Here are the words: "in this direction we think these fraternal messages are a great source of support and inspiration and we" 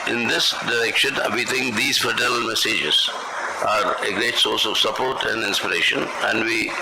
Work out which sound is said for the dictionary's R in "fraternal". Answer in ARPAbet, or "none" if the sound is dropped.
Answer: none